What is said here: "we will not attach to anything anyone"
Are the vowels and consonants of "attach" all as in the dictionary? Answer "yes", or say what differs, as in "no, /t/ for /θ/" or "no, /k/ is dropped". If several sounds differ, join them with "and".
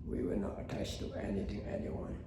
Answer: no, /s/ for /tʃ/